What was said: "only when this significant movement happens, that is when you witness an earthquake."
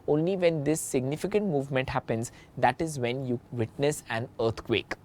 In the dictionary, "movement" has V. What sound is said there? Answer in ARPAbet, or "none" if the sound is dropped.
V